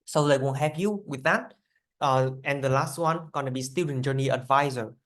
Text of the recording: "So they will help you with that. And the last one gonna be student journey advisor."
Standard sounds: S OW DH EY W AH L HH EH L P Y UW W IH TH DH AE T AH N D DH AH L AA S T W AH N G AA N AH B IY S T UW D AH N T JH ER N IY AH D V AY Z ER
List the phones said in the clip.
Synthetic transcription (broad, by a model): S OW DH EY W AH N HH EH P Y UW W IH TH DH AE T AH N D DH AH L AA S T W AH N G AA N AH B IY S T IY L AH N JH ER N IY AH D V AY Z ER